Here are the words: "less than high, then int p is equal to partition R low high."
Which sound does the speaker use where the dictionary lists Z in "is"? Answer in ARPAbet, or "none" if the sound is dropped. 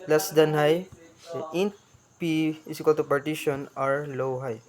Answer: S